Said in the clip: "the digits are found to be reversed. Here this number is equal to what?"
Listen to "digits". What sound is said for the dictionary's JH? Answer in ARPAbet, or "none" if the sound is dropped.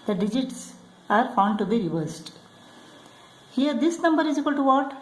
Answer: JH